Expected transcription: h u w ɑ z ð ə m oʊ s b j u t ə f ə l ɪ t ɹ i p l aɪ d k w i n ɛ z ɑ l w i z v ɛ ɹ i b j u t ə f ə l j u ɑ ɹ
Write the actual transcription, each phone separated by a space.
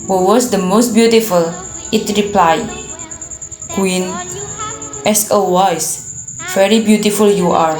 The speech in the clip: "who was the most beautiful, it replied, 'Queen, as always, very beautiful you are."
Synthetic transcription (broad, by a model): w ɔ w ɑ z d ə m oʊ s b j u t ə f ə l ɪ t ɹ i p l aɪ d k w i n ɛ s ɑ w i s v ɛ ɹ i b j u t ə f ə l j u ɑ ɹ